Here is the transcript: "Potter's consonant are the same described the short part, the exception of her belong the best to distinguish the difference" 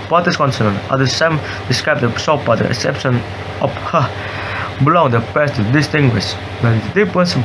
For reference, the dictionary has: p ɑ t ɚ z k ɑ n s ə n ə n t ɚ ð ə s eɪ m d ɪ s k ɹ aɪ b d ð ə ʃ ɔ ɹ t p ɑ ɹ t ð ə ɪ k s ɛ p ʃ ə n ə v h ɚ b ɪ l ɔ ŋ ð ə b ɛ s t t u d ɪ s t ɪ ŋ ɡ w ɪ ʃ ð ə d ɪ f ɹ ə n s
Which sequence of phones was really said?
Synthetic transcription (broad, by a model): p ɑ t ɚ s k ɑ n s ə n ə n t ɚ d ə s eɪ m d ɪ s k ɹ aɪ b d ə s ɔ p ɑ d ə ɪ k s ɛ p ʃ ə n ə f h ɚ b ɪ l ɔ ŋ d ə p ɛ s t t u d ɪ s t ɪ ŋ ɡ w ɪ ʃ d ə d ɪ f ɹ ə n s